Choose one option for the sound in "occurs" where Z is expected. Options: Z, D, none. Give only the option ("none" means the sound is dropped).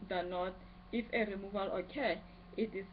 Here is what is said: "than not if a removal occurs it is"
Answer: none